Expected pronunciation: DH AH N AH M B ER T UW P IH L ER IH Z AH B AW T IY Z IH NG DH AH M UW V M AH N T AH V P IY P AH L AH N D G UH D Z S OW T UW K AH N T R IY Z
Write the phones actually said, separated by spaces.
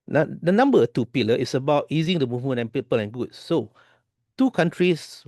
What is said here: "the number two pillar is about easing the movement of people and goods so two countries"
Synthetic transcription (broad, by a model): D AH N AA M B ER T UW P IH L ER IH S AH B AW T IY Z IH NG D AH M UW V M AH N AH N P IY P AH L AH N G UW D S OW T UW K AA N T R IY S